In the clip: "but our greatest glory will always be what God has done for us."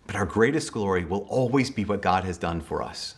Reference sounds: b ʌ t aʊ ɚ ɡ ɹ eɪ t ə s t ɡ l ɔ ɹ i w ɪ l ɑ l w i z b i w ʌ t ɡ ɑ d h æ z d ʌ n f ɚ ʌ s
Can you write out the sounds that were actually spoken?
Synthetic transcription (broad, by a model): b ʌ t aʊ ɚ ɡ ɹ eɪ t ə s t ɡ l ɔ ɹ i w ɪ l ɑ l w i z b i w ʌ t ɡ ɑ d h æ z d ʌ n f ɚ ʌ s